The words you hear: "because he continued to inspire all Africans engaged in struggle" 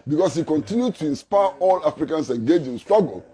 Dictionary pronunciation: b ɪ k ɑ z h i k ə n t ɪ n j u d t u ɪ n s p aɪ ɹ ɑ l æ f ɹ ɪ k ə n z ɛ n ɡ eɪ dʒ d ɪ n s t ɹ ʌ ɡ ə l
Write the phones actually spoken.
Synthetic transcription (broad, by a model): b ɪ k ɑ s h i k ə n t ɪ n j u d t u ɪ n s p aɪ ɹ ɑ l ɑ f ɹ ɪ k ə n s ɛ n ɡ eɪ dʒ ɪ n s t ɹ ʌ ɡ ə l